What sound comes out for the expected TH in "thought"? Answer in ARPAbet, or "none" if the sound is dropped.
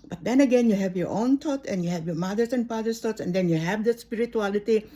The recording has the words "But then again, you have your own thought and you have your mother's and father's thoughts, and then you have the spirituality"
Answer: T